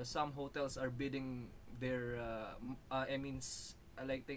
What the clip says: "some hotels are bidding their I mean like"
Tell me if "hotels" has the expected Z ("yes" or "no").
no